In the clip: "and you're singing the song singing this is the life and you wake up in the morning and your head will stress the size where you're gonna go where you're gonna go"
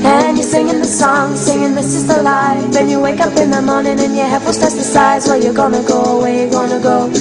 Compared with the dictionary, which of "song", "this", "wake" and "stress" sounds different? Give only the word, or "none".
stress